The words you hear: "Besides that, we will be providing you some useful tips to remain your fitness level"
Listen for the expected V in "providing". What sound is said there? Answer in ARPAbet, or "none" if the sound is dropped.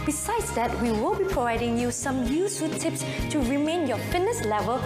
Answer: V